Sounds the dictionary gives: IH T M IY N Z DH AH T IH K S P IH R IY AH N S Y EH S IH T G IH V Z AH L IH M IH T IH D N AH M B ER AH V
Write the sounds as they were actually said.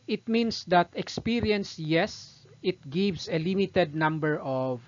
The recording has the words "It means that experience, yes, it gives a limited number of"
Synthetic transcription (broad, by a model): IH T M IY N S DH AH T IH K S P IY R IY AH N S Y EH S IH T G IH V S AH L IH M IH T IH D N AH M B ER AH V